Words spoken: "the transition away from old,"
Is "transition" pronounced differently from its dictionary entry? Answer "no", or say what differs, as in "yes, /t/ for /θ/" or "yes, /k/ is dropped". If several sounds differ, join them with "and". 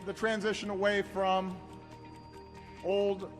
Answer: no